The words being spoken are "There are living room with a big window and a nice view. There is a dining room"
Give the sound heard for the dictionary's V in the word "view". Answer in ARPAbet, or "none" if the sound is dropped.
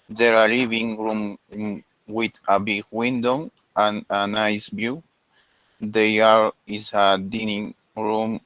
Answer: B